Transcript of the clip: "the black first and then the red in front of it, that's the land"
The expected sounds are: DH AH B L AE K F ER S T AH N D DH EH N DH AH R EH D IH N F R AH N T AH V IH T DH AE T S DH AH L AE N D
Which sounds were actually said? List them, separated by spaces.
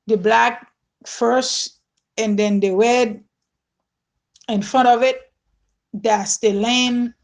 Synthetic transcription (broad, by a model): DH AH B L AE K F ER S T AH N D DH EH N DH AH W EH D IH N F R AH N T AH V IH T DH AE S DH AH L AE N